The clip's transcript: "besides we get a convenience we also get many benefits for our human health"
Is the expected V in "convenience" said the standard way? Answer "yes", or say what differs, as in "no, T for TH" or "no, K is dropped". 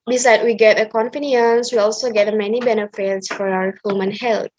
no, F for V